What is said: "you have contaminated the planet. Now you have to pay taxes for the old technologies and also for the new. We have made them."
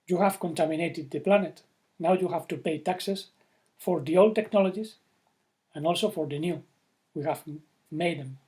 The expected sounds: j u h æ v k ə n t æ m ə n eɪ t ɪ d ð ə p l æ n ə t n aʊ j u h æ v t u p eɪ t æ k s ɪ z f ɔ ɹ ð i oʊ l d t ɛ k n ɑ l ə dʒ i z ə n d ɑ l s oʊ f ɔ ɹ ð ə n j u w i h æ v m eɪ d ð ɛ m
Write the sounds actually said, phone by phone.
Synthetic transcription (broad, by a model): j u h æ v k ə n t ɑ m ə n eɪ t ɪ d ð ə p l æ n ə t n aʊ j u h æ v t u p eɪ t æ k s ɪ s f ɔ ɹ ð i oʊ l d t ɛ k n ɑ l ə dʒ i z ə n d ɑ l s oʊ f ɔ ɹ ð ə n j u w i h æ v m eɪ d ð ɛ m